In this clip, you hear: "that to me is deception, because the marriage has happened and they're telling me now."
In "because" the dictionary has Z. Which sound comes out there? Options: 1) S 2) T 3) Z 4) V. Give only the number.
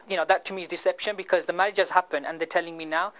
3